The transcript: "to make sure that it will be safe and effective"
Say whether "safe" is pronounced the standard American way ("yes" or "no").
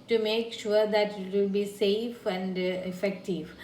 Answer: yes